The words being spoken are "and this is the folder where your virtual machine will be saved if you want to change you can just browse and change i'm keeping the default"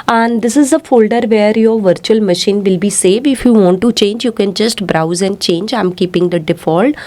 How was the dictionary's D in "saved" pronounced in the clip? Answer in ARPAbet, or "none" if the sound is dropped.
none